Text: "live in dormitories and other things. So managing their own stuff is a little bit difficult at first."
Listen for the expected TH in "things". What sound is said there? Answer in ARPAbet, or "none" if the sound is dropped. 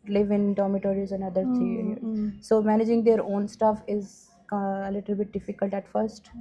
T